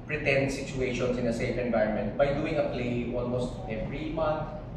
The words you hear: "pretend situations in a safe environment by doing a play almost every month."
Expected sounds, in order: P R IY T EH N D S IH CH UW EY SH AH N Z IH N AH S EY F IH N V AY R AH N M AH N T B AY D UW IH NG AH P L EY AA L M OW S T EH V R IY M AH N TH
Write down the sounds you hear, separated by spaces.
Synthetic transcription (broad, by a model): P R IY T EH N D S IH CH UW EY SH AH N S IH N AH S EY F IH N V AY AH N M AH N T B AY D UW IH NG AH P L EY AA L M OW S T EH V R IY M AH N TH